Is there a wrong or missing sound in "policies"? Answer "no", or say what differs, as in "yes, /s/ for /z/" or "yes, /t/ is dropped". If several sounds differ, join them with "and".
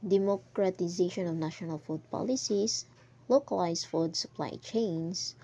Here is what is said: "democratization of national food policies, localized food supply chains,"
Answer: yes, /s/ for /z/